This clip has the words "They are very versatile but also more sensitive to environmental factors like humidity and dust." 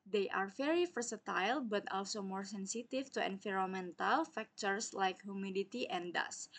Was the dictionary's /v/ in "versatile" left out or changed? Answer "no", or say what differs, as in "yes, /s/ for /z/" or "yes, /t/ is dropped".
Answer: yes, /f/ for /v/